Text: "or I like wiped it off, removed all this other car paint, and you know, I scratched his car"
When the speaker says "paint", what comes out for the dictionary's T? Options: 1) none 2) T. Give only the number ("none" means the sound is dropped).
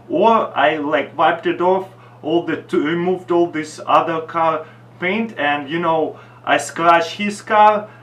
2